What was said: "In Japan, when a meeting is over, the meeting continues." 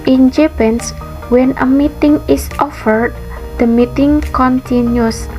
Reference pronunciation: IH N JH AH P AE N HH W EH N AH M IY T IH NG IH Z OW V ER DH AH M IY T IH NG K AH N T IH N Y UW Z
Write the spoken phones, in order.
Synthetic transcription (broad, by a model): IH N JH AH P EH N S W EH N AH M IY T IH NG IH S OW F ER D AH M IY T IH NG K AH N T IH N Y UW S